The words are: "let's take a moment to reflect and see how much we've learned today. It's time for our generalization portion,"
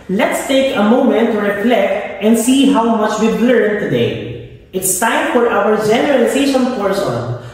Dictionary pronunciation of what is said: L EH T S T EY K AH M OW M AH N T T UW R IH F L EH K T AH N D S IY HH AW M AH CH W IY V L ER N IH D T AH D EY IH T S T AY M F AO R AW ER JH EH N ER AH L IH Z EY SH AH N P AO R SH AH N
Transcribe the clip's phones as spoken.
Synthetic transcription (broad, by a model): L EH T S T EY K AH M OW M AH N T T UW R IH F L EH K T AH N D S IY HH AW M AH CH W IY B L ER IH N T AH D EY IH T S T AY M F AO R AW ER JH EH N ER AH L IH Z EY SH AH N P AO R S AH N